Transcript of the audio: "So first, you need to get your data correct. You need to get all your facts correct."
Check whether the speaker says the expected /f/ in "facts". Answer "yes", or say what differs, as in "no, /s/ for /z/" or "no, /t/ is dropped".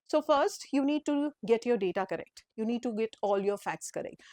yes